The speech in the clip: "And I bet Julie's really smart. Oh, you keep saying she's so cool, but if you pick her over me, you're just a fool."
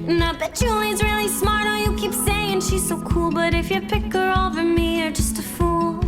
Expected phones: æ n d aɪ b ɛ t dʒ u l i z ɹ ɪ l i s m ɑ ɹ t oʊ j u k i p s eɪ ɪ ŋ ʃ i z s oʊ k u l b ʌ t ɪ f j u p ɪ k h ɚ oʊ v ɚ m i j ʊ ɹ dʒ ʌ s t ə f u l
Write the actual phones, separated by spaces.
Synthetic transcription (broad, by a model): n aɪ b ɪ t ʒ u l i z ɹ ɪ l i s m ɑ ɹ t oʊ j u k i p s eɪ ɪ ŋ ʃ i z s oʊ k u l b ʌ t ɪ f j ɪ p ɪ k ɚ oʊ v ɚ m i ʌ ɹ dʒ ʌ s t ə f u l